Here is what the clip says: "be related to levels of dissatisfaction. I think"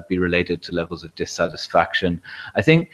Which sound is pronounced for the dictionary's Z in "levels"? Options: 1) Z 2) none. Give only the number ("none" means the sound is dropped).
1